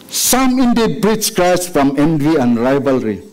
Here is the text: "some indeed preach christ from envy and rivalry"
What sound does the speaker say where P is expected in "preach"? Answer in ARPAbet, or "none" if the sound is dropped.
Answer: B